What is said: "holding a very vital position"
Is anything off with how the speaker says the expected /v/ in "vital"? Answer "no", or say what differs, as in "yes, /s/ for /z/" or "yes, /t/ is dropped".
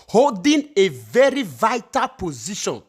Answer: no